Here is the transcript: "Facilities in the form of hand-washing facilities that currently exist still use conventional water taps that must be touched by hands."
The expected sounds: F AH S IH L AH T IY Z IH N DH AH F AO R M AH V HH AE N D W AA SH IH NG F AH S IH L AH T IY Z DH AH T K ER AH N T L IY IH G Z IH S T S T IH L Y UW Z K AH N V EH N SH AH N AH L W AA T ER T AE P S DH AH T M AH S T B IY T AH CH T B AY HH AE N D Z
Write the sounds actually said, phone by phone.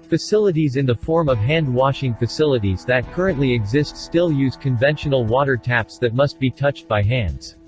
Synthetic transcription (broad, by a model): F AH S IH L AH T IY Z IH N DH AH F AO R M AH V HH AE N D W AA SH IH NG F AH S IH L AH T IY Z DH AH T K ER AH N T L IY IH G Z IH S T S T IH L Y UW Z K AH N V EH N SH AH N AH L W AA T ER T AE P S DH AH T M AH S T B IY T AH CH T B AY HH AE N D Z